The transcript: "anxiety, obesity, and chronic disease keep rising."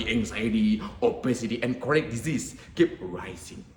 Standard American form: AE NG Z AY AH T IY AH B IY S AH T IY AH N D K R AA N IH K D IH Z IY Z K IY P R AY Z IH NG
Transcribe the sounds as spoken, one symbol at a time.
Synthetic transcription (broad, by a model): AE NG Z AY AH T IY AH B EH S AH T IY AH N K AA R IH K D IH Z IY S K IY P R AY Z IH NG